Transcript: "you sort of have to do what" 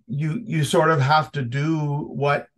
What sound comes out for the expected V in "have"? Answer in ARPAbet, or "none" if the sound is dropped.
F